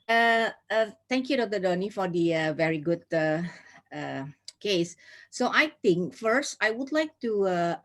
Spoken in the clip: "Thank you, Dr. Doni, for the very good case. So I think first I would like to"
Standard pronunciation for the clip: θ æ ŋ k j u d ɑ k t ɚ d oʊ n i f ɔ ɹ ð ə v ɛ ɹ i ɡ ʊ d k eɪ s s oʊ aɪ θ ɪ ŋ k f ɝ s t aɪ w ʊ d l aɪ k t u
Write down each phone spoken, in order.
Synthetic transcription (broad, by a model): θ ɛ ŋ k j u d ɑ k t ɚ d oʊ n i f ɔ ɹ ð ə v ɛ ɹ i ɡ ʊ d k eɪ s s oʊ aɪ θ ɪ ŋ k f ɝ s t aɪ w ʊ d l aɪ k t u